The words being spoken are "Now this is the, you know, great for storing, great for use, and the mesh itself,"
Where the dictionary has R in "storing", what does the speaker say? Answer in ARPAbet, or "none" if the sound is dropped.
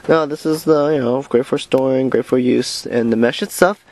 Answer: R